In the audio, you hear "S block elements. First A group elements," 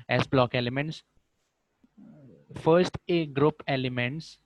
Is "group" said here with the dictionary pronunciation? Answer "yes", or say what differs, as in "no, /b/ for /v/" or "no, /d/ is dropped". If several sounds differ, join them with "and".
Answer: yes